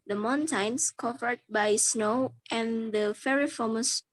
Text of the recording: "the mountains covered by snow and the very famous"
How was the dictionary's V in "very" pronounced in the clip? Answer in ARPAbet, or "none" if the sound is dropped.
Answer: F